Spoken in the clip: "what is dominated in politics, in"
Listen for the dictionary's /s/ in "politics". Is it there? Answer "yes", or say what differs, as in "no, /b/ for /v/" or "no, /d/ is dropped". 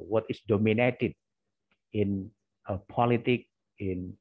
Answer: no, /s/ is dropped